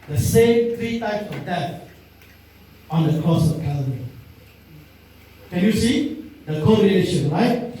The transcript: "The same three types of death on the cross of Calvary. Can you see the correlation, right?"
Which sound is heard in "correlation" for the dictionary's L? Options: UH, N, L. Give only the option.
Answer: N